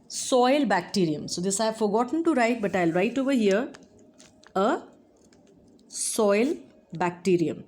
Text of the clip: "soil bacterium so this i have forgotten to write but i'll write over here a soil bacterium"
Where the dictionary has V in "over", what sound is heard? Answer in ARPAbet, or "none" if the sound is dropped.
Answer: V